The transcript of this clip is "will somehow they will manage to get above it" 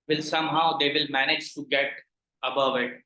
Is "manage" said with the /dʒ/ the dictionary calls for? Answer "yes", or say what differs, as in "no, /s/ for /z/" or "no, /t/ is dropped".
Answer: yes